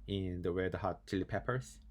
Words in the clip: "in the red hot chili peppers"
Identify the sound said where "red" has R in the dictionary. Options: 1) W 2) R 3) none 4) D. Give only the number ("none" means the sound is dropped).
1